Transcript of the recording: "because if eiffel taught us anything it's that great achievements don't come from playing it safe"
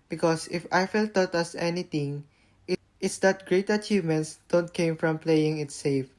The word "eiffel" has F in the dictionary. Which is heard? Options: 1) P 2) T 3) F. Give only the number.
3